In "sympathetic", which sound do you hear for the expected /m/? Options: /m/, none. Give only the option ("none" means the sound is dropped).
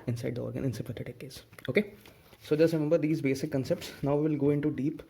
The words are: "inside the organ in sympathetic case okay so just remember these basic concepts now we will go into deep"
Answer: none